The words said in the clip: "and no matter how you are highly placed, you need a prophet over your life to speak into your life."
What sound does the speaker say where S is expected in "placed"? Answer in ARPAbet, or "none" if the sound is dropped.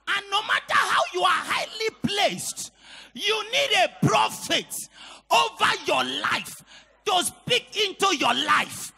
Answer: S